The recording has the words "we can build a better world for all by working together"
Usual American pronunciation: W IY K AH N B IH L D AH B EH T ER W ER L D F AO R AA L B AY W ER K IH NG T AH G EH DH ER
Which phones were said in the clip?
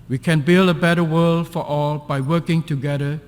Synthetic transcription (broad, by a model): W IY K AH N B IH L D AH B EH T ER W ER L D F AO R AA L B AY W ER K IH NG T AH G EH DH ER